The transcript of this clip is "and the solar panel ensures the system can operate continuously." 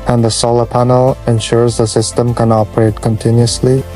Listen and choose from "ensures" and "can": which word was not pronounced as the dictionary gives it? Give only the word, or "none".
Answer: none